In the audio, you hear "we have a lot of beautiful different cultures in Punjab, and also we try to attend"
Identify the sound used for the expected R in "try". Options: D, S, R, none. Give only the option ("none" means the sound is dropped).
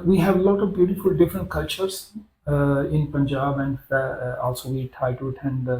none